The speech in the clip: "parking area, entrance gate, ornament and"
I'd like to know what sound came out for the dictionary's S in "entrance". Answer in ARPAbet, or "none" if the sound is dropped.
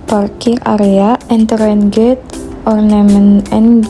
none